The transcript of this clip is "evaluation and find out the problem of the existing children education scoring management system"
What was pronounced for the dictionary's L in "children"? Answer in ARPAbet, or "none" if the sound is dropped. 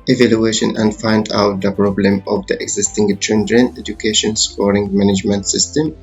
N